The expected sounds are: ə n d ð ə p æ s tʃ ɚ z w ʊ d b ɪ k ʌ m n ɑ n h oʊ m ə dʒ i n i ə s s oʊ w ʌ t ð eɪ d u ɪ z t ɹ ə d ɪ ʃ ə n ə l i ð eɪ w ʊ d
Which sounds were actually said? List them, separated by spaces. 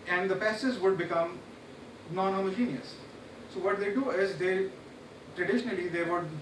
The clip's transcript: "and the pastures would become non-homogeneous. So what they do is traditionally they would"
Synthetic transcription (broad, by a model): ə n d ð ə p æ s ɚ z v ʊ d b ɪ k ʌ m n ɑ n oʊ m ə dʒ i n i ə s s oʊ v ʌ t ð eɪ d u ɪ z t ɹ ə d ɪ ʃ ə n ə l i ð eɪ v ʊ d